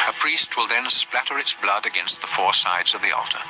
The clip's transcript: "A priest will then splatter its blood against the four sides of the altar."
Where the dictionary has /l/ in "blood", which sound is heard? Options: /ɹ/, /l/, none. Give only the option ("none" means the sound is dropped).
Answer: /l/